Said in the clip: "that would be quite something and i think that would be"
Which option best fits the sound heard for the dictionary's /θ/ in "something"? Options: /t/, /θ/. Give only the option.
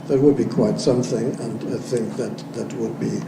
/θ/